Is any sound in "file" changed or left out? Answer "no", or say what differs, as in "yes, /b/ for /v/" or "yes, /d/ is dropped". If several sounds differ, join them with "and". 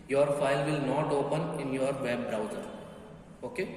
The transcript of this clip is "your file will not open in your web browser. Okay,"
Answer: no